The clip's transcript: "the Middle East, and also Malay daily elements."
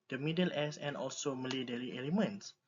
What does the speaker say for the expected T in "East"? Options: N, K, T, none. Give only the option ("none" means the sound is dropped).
none